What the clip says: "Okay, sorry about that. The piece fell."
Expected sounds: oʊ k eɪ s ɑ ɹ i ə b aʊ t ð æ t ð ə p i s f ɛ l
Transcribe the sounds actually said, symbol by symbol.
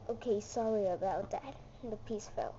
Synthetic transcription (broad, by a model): oʊ k eɪ s ɑ ɹ i ə b aʊ t ð æ t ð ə p i s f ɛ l